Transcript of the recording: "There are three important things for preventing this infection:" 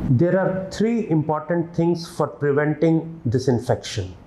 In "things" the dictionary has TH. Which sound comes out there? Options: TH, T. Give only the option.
T